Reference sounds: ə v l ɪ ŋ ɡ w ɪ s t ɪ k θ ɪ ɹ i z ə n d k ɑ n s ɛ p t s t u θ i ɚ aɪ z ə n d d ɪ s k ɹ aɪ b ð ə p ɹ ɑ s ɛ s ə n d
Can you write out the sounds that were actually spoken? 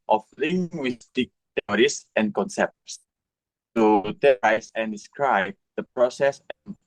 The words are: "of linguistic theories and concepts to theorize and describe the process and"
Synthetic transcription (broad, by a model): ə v l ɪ ŋ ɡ w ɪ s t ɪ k t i ɹ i s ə n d k ɑ n s ɛ p t s t u t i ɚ aɪ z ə n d d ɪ s k ɹ aɪ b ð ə p ɹ ɑ s ɛ s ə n